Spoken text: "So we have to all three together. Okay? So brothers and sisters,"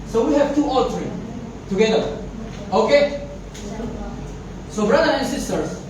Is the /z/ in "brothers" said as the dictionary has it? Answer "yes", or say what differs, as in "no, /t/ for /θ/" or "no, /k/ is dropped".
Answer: no, /z/ is dropped